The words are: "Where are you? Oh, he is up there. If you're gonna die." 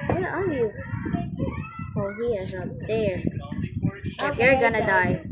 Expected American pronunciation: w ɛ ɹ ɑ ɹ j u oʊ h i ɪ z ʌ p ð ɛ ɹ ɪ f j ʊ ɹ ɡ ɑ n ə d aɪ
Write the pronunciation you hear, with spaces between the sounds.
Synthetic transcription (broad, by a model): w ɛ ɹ ɑ ɹ j u oʊ h i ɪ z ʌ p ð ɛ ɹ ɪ p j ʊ ɹ ɡ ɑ n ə d aɪ